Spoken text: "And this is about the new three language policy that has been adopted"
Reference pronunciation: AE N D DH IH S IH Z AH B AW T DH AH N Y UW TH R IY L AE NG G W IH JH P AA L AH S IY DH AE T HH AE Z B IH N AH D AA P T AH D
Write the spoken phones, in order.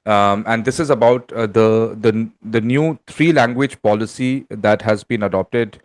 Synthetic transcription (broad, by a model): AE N D IH S IH Z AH B AW T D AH N Y UW T R IY L AE NG G W IH JH P AA L AH S IY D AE T HH AE Z B IH N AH D AA P T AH D